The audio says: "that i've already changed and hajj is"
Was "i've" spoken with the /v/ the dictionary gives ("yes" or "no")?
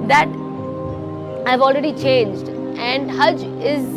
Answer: yes